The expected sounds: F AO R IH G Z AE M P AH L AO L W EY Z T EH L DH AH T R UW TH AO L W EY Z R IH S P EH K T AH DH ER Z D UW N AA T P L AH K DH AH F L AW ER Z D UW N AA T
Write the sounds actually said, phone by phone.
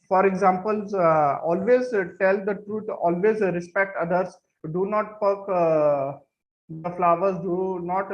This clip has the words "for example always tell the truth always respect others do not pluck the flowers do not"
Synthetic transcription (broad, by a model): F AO R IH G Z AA M P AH L AO L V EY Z T EH L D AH T R UW T AO L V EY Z R IH S P EH K T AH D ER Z D UW N AA T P AH K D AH F L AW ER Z D UW N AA T